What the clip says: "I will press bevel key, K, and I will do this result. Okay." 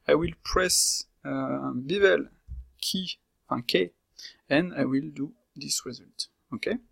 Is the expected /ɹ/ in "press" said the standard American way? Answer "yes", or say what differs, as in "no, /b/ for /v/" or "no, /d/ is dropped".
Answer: yes